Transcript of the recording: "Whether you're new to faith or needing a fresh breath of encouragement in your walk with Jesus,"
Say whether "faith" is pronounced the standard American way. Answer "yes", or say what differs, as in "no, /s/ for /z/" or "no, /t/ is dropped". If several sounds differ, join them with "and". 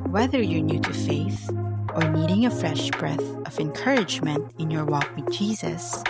yes